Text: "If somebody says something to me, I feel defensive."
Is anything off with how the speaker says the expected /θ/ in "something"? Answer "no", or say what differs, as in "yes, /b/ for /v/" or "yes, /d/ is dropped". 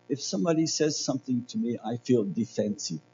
no